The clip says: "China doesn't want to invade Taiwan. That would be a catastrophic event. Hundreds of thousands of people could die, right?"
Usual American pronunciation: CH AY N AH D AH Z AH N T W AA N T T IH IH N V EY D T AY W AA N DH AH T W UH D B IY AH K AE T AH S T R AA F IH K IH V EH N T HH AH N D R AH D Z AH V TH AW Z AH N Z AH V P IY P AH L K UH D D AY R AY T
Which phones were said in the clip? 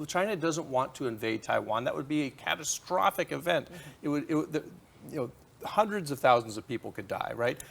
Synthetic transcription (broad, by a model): CH AY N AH D AH Z AH N T W AA N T T IH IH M V EY D T AY W AA N DH AH T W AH D B IY AH K AE T AH S T R AA F IH K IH V EH N T HH AH N D R AH D Z AH V TH AW Z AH N Z AH V P IY P L K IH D D AY R AY T